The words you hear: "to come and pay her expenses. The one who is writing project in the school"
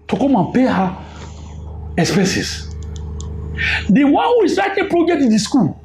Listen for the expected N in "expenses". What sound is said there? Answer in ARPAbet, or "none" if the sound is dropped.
none